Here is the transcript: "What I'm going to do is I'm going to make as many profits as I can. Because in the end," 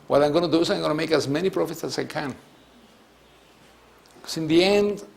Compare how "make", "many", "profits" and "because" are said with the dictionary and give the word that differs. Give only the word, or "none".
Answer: because